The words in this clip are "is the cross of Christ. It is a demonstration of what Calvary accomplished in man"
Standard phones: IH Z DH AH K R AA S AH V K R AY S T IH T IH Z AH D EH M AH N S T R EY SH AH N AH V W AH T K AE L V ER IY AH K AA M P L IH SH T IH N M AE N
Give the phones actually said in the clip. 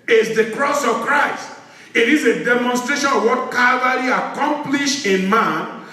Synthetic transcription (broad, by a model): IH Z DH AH K R AA S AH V K R AY S T IH T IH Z AH D EH M AH N S T R EY SH AH N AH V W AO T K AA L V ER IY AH K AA M P L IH SH IH N M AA N